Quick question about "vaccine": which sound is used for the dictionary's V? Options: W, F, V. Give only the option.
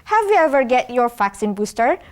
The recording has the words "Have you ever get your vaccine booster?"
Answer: F